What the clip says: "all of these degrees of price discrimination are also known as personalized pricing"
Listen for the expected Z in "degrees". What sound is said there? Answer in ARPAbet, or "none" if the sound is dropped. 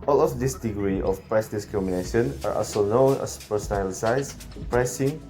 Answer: none